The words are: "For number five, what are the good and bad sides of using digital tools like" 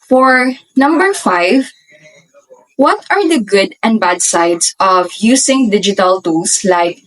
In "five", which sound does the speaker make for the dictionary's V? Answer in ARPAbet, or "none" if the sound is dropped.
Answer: V